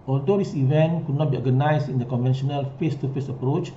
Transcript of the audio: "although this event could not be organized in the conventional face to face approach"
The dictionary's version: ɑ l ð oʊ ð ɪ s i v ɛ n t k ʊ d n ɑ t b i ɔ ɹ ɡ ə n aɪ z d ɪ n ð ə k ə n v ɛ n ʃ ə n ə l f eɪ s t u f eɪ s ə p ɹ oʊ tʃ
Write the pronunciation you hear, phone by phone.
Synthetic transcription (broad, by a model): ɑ l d oʊ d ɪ s i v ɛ n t k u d n ɑ t b i ɔ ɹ ɡ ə n aɪ s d ɪ n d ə k ə n v ɛ n ʃ ə n ə l f eɪ s t u f eɪ s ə p ɹ oʊ tʃ